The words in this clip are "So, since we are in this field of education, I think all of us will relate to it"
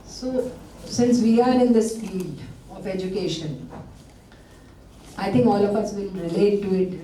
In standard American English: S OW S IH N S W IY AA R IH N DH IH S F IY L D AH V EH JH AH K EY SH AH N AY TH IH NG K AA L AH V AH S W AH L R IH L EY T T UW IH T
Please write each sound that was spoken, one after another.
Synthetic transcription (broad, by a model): S OW S IH N S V IY AA R IH N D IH S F IY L AH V EH JH AH K EY SH AH N AY T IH NG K AA L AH F AH S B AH N R IH L EY T T UW IH T